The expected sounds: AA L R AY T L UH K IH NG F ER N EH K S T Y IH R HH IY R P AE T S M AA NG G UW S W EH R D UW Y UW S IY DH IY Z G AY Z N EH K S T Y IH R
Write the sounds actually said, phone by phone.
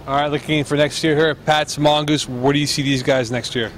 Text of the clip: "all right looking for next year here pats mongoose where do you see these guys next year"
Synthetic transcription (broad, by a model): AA R AY T L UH K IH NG F ER N EH K S T Y IH R HH IY R P AE T S M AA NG G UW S W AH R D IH Y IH S IY DH IY Z G AY Z N EH K S T Y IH R